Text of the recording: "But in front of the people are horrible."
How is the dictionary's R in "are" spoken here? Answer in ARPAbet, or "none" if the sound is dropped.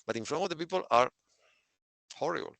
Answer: R